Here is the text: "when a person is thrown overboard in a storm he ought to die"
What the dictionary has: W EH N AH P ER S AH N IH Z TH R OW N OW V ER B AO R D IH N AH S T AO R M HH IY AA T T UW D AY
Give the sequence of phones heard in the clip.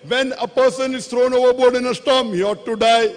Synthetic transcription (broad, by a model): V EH N AH P ER S AH N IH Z T R OW N OW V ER B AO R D IH N AH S T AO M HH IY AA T T UW D AY